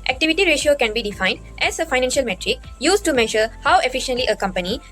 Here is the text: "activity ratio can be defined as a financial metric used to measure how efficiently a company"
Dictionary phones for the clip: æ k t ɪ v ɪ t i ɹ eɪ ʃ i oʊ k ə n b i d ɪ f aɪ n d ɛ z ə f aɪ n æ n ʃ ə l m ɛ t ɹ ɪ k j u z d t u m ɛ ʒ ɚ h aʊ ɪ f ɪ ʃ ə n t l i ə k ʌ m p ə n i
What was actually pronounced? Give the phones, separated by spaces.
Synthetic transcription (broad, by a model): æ k t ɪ v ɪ t i ɹ eɪ ʃ i oʊ k ə n b i d ɪ f aɪ n d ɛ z ə f aɪ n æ n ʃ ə l m ɛ t ɹ ɪ k j u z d t u m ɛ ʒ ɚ h aʊ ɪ f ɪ ʃ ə n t l i ə k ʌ m p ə n i